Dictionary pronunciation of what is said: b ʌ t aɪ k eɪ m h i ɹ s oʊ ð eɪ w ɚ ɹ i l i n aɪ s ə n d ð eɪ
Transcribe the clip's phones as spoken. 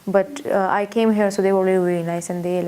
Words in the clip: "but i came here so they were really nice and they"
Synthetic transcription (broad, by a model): b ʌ t aɪ k eɪ m h i ɹ s oʊ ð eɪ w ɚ l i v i n aɪ s ə n d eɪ